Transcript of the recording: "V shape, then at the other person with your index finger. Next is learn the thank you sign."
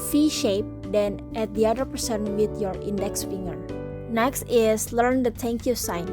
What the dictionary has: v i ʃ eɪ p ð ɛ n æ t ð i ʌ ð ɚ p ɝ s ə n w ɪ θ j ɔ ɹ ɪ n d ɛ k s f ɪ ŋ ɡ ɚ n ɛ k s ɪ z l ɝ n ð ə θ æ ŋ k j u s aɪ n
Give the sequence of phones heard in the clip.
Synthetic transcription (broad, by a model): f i ʃ eɪ p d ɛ n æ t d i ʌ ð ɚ p ɝ s ə n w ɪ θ j ɔ ɹ ɪ n d ɛ k s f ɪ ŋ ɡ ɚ n ɛ k s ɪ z l ɝ n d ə t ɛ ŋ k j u s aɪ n